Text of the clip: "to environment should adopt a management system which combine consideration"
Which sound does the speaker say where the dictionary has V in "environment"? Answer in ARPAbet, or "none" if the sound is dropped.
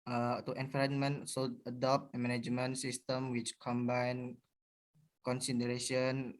F